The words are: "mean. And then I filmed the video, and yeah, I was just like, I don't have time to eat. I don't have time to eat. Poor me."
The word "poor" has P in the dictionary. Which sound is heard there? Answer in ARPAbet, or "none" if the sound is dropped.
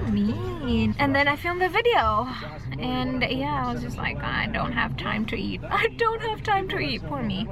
F